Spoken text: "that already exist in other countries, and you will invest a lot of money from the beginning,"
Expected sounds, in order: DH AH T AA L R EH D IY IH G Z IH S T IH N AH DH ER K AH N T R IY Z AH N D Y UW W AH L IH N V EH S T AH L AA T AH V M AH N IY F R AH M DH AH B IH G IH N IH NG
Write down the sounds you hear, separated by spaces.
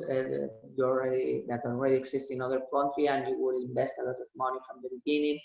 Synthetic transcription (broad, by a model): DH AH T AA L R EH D IY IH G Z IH S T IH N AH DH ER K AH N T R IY AH N D Y UW W AH L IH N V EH S T AH L AA T AH V M AH N IY F R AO M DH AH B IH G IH N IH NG